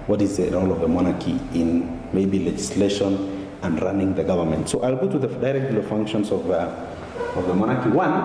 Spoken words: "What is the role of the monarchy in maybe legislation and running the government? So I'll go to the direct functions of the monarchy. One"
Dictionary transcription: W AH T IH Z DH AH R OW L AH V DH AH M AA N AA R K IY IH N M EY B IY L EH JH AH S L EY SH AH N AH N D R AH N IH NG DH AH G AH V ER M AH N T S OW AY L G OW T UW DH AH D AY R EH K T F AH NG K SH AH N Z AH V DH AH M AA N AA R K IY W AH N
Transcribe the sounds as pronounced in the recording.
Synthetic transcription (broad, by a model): W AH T IH Z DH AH R OW L AH V DH AH M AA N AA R K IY IH N M EY B IY L EH JH AH S L EY SH AH N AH N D R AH N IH NG DH AH G AH V ER M AH N T S OW AY L G OW T UW DH AH D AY R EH K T F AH NG K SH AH N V AH V DH AH M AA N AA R K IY W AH N